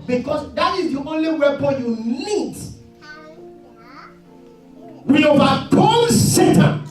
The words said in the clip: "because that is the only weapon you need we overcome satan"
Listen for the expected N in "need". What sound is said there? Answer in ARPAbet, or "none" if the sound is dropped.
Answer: N